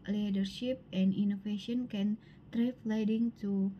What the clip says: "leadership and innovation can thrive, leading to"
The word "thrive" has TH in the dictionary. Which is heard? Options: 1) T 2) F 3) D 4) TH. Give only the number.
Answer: 1